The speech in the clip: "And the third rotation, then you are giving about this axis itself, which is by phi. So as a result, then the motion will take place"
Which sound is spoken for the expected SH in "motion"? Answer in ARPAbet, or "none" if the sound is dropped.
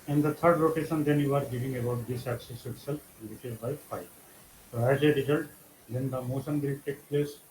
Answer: S